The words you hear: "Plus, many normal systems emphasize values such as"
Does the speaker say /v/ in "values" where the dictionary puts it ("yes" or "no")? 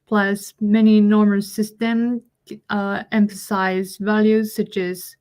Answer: yes